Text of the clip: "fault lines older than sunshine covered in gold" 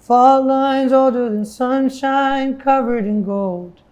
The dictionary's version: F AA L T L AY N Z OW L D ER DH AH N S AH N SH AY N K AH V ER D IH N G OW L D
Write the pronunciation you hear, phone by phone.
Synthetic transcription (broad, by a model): F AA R L AY N Z OW L D ER DH AH N S AH N SH AY N K AH V ER D IH N G OW L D